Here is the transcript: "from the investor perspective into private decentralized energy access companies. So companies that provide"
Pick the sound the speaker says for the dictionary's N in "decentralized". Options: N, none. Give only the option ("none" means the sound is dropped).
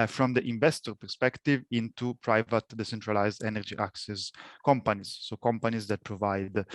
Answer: N